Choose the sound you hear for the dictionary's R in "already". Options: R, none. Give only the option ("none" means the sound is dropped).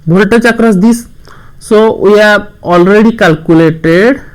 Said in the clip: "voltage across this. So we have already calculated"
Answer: R